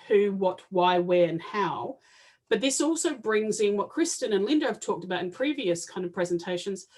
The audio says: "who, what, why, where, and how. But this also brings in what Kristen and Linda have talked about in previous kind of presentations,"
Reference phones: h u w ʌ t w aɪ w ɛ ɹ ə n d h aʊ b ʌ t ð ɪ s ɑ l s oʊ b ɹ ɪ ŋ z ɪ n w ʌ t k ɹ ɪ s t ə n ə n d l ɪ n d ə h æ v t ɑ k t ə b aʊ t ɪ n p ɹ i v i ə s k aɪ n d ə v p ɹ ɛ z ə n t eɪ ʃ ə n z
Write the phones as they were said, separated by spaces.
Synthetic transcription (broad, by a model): h u w ʌ t w aɪ w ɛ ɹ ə n h aʊ b ʌ t ð ɪ s ɑ l s oʊ b ɹ ɪ ŋ z ɪ n w ʌ t k ɹ ɪ s t ə n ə n l ɪ n d ə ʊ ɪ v t ɑ k t ə b aʊ t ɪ n p ɹ i v i ə s k aɪ n d ə v p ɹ ɛ z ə n t eɪ ʃ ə n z